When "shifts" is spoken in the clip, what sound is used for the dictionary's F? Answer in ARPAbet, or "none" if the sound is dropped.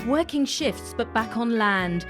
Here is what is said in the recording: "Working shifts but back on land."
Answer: F